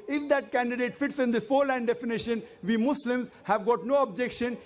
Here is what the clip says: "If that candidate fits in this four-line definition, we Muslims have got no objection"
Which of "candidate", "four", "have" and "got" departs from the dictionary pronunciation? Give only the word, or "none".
none